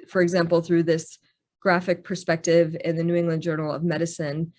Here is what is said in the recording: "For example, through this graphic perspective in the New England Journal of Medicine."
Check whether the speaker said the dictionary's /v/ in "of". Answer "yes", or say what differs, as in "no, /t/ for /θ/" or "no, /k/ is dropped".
yes